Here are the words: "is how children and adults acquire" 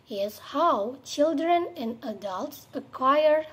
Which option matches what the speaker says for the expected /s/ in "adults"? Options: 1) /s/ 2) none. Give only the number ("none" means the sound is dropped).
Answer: 1